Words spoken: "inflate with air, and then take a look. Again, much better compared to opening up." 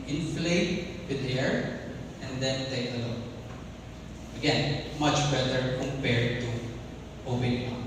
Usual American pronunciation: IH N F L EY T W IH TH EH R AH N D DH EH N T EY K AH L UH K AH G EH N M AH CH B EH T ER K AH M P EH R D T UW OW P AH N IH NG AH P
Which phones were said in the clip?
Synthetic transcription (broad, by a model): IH N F L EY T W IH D EH R AH N D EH N T EY K AH L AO AH G EH N M AH CH B EH T ER K AH M P EH R D T UW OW B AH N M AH